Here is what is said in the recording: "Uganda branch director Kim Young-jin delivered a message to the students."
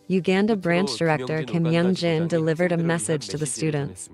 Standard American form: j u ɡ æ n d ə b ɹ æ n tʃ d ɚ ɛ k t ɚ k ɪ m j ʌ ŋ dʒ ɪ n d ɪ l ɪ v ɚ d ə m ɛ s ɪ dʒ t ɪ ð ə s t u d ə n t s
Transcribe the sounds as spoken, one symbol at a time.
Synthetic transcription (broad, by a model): j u ɡ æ n d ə b ɹ æ n tʃ d ɚ ɛ k t ɚ k ɪ m j ʌ ŋ dʒ ɪ n d ɪ l ɪ v ɚ d ə m ɛ s ɪ dʒ t ɪ ð ə s t u d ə n t s